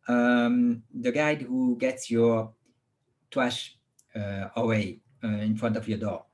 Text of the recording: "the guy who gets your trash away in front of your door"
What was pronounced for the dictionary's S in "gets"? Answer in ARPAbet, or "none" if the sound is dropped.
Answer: S